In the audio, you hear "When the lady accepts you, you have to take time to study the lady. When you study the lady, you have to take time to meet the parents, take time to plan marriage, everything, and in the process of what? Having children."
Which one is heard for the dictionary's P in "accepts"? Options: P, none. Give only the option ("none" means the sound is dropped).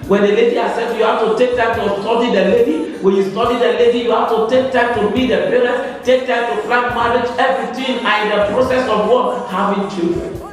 none